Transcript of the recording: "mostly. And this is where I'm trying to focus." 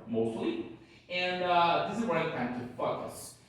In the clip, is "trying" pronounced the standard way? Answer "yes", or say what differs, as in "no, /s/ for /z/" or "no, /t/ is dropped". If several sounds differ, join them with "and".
no, /ɹ/ is dropped